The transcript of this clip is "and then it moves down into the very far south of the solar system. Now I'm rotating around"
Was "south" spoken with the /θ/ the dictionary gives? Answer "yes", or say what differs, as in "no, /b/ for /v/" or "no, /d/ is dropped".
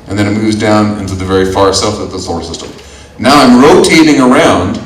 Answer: no, /f/ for /θ/